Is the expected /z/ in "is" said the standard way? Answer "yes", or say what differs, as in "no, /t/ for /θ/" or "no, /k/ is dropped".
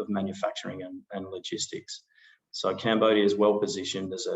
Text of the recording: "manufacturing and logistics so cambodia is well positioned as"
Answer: yes